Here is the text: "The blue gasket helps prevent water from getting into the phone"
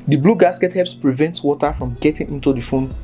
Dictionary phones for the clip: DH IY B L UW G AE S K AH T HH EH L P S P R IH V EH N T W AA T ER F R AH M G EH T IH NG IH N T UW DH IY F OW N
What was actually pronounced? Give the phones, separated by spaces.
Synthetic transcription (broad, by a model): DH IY B L UW G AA S K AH T HH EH P S P R IH V EH N T W AA T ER F R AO M G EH T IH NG IH N T UW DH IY F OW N